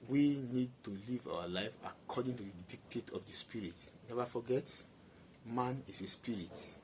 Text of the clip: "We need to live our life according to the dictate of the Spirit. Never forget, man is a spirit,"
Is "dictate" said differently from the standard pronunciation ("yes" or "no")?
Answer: no